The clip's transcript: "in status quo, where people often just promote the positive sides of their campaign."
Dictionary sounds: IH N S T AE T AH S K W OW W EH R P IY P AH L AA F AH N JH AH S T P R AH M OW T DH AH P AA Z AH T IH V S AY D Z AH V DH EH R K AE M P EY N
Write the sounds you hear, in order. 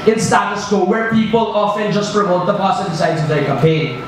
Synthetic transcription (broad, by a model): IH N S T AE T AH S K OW W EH R P IY P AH L AA F AH N JH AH S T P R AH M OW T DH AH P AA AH S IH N S AY D Z AH V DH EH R K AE M P EY N